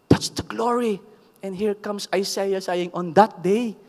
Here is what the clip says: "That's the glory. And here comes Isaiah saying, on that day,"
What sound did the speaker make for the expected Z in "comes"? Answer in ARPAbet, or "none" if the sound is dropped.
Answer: S